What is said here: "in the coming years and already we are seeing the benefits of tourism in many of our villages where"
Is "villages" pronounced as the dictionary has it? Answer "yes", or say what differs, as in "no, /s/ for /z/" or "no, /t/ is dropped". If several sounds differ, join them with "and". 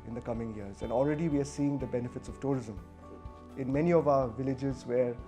yes